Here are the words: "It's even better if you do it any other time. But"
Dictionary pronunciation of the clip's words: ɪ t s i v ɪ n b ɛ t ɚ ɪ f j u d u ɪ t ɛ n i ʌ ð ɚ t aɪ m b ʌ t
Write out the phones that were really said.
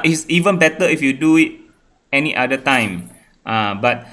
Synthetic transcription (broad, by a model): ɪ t s i v ɪ n b ɛ t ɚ ɪ f j u d u ɪ t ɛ n i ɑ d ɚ t aɪ m b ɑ t